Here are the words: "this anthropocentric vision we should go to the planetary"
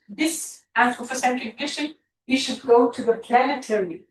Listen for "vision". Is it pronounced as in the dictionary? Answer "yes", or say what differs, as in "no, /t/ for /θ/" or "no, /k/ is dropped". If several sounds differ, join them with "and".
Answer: no, /ʃ/ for /ʒ/